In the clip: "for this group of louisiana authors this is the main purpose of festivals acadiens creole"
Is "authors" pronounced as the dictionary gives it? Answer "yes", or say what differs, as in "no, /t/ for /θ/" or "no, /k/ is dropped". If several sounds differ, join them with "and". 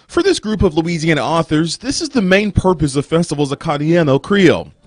yes